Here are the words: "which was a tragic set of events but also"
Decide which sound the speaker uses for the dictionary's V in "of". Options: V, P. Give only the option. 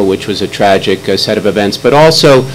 V